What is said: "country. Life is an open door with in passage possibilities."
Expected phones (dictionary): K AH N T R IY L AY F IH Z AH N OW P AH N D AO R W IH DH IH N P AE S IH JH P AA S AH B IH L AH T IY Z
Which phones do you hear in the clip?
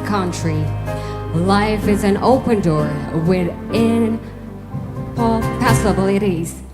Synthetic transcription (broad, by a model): K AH N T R IY L AY F IH Z AH N OW P AH N D AO R W IH DH IH N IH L P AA S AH B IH L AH T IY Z